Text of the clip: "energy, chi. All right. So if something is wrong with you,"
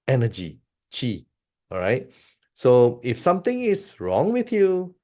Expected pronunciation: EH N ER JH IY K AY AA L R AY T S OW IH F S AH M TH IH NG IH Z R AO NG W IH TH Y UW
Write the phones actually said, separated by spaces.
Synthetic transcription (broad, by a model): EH N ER JH IY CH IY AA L R AY T S OW IH F S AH M T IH NG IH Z R AO NG W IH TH Y UW